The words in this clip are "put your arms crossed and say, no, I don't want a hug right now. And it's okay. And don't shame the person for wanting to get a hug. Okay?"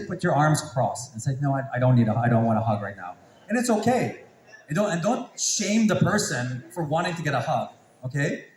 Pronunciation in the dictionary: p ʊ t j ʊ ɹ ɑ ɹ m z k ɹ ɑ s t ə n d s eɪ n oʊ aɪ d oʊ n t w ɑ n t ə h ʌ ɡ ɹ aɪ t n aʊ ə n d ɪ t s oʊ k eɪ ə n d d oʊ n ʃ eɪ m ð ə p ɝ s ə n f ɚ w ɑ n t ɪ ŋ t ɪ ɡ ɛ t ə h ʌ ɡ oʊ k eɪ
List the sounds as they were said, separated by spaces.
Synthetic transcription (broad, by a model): p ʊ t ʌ ɹ ɑ ɹ m z k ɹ ɑ s ə n s eɪ n oʊ aɪ d oʊ n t w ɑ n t ə h ʌ ɡ ɹ aɪ t n aʊ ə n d ɪ t s oʊ k eɪ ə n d d oʊ n ʃ eɪ m ð ə p ɝ s ə n f ɚ w ɑ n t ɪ ŋ t ɪ ɡ ɛ t ə h ʌ ɡ oʊ k eɪ